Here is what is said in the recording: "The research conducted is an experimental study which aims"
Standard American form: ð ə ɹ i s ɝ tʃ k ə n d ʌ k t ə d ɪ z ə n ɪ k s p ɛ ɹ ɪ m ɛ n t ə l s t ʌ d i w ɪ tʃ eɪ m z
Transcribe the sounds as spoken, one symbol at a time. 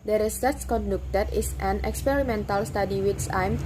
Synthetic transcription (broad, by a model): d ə ɹ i s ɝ s k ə n d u k t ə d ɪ s ə n ɪ k s p ɛ ɹ ɪ m ɛ n t ə l s t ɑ d i w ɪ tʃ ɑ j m